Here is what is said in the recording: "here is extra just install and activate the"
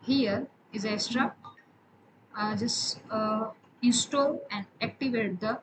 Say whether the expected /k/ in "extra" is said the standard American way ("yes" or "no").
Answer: no